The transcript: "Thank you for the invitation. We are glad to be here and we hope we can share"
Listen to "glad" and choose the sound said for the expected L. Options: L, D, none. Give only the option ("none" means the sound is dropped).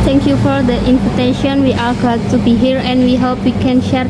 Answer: none